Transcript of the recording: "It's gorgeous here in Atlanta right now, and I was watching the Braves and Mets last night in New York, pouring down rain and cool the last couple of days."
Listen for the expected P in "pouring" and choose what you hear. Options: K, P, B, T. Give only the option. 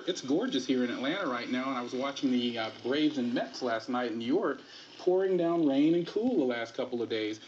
P